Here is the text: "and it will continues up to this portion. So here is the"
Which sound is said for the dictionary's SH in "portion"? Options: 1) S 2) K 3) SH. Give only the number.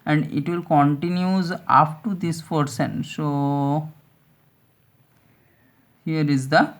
1